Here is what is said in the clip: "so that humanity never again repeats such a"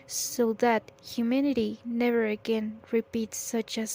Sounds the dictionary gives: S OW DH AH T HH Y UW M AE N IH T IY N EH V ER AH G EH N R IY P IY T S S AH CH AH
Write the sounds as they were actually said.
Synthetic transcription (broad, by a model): S OW DH AH T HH Y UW M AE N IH T IY N EH V ER AH G EH N R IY P IY T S S AH CH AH